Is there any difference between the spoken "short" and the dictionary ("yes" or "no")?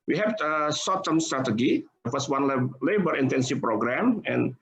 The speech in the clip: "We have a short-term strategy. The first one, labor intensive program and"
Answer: yes